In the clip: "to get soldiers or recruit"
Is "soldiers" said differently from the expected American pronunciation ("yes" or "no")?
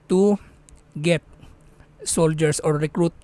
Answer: yes